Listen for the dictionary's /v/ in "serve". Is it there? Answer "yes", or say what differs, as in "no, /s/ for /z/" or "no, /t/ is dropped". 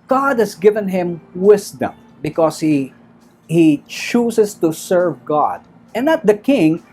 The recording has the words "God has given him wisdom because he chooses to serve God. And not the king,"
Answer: yes